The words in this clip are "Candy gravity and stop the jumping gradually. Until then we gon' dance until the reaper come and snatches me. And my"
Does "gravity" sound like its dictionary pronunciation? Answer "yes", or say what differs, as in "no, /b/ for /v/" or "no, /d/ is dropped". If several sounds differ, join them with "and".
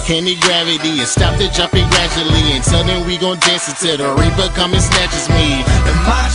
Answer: yes